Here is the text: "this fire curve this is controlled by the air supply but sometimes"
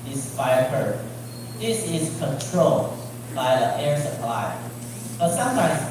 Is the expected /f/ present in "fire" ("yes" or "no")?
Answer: no